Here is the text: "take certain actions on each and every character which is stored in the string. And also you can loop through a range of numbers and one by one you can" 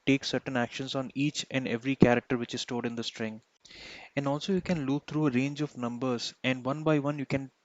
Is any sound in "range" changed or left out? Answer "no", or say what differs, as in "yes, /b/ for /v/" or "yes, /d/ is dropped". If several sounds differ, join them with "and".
no